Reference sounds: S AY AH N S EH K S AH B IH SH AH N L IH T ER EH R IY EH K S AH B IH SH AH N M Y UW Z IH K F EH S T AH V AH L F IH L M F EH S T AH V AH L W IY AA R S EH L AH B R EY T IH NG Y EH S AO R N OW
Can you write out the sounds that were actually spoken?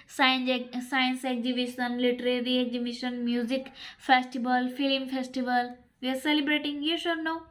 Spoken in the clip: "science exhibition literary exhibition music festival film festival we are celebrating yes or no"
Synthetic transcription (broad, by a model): S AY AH N S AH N S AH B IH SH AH N L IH T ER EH R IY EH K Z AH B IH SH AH N M Y UW Z IH K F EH S T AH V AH L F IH L M F EH S T AH V AH L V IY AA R S EH L AH B R EY T IH NG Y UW SH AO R N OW